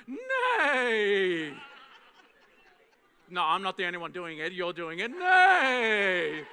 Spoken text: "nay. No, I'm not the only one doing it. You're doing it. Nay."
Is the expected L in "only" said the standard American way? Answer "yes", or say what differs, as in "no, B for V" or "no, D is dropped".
no, L is dropped